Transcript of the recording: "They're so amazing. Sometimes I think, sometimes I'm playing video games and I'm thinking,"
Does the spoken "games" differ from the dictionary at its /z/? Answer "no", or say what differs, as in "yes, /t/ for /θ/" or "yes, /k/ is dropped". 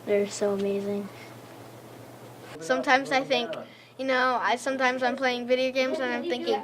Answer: no